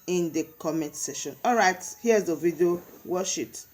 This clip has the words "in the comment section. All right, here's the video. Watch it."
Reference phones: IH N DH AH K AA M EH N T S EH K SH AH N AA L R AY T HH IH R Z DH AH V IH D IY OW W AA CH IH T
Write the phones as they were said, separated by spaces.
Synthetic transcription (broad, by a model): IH N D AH K AA M EH N T S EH SH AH N AA L R AY T HH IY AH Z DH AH V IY D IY OW W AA SH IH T